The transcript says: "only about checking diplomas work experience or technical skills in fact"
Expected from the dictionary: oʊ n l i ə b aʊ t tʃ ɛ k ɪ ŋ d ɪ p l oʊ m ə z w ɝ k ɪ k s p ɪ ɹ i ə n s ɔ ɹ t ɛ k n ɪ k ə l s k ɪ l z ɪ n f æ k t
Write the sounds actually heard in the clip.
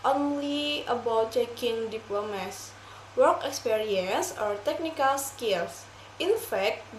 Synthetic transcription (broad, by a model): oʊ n l i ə b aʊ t tʃ ɛ k ɪ ŋ d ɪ p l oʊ m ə s w ɝ k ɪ k s p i ɹ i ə n s ɔ ɹ t ɛ k n ɪ k ə l s k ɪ l s ɪ n f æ k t